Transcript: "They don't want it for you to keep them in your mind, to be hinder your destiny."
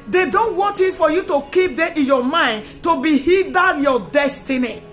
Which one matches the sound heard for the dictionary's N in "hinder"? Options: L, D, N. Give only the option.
L